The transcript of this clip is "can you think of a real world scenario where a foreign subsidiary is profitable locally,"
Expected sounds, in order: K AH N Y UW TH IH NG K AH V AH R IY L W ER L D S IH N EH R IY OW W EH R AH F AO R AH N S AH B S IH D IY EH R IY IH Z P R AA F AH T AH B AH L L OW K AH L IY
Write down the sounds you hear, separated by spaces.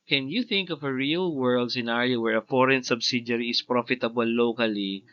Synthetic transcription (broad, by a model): K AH N Y UW TH IH NG K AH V AH R IY L W ER L D S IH N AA R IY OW W EH R AH F AO R AH N S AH B S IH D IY R IY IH S P R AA F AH T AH B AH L L OW K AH L IY